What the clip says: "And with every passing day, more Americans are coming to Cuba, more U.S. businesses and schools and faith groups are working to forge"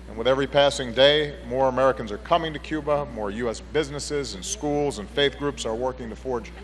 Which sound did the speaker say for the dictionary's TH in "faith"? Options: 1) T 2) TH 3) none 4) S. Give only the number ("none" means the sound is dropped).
2